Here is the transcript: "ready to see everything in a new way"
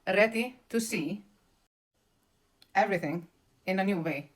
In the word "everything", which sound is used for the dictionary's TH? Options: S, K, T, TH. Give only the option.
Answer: TH